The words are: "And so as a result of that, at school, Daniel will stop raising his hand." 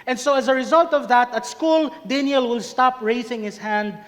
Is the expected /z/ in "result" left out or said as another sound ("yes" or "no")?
no